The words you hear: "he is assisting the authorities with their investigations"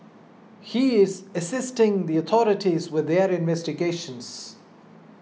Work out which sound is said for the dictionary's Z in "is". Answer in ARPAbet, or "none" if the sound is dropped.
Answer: Z